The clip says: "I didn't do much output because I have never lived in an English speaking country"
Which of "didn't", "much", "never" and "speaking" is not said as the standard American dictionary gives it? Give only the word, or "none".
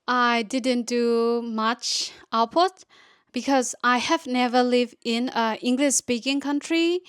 none